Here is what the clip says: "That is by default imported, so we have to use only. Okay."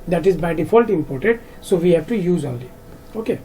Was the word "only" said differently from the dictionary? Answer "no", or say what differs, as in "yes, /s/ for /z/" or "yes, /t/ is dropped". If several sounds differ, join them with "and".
yes, /n/ is dropped